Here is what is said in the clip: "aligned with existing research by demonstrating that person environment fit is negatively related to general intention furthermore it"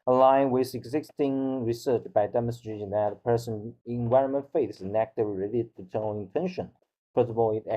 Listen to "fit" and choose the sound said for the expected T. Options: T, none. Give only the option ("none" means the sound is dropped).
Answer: none